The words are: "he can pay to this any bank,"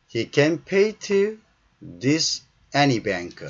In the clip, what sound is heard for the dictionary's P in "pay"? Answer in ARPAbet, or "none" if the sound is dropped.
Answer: P